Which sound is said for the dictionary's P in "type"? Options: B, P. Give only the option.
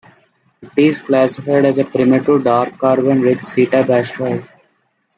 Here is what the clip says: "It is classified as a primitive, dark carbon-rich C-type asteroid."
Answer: B